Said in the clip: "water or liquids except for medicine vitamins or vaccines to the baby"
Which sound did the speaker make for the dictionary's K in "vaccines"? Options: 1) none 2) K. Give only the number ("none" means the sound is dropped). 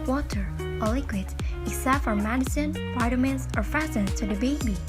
1